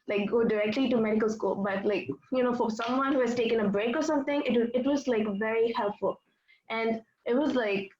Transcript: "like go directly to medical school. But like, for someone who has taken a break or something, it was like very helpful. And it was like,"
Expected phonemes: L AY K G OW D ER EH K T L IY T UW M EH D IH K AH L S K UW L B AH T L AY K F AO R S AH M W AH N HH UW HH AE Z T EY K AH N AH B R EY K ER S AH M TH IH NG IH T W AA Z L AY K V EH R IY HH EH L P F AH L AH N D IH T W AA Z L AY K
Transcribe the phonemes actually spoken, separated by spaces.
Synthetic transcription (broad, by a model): L AY K G OW D ER EH K T L IY T UW M EH D IH K AH L S K UW L B AH T L AY K F AO R S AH M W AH N HH UW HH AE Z T EY K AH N AH B R EY K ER S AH M T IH NG IH T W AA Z L AY K V EH R IY HH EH L P F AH L AH N D IH T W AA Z L AY K